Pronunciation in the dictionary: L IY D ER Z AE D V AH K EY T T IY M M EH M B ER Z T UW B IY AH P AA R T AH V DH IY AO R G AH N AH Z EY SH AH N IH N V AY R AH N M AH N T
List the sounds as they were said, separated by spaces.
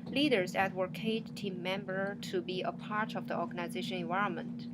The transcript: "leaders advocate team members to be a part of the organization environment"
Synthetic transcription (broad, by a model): L IY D ER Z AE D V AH K EY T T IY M M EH M B ER T UW B IY AH P AA R T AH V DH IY AO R G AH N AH Z EY SH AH N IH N V AY R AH N M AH N T